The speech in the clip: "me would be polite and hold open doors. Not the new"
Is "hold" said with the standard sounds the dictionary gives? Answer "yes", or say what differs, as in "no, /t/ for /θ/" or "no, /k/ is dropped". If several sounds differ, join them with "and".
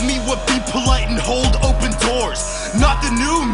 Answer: yes